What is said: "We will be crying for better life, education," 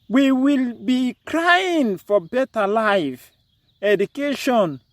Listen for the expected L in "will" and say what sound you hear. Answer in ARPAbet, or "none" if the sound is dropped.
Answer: L